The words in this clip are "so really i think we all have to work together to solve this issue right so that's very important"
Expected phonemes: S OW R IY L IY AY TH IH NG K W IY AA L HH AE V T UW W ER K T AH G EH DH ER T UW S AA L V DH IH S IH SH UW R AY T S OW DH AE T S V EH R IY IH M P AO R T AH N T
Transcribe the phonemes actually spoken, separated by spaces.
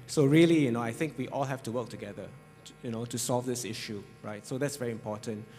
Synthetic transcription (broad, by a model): S OW R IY L IY AY TH IH NG K W IY AA L HH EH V T UW W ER K T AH G EH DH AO T UW S AA L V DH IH S IH SH UW R AY T S OW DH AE T S V EH R IY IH M P AO T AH N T